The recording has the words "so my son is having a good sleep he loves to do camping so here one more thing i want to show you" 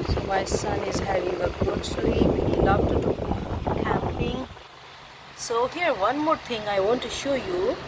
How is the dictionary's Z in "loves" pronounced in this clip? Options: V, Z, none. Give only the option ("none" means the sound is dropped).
none